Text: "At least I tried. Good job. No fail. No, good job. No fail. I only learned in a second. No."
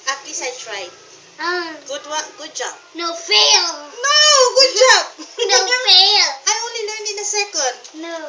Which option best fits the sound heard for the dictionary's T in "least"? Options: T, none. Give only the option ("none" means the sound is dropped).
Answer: none